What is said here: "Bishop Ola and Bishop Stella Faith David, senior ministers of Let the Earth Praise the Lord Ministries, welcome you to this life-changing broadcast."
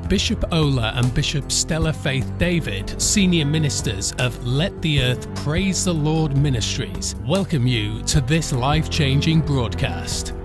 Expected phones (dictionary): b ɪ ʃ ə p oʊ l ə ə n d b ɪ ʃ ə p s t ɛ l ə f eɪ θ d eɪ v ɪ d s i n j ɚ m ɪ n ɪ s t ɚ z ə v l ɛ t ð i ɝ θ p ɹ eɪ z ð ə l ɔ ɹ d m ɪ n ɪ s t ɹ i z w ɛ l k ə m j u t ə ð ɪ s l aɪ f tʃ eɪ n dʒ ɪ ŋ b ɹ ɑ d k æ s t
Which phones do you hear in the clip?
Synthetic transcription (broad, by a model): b ɪ ʃ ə p oʊ l ə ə n b ɪ ʃ ə p s t ɛ l ə f eɪ θ d eɪ v ɪ d s i n j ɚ m ɪ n ɪ s t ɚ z ə v l ɛ t ð i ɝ θ p ɹ eɪ z ð ə l ɔ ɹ d m ɪ n ɪ s t ɹ i z w ɛ l k ə m j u t ə ð ɪ s l aɪ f tʃ eɪ n dʒ ɪ ŋ b ɹ ɑ d k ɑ s t